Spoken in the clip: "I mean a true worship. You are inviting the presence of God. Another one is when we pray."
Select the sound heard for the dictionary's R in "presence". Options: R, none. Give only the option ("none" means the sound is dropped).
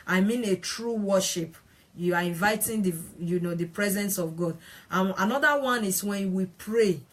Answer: R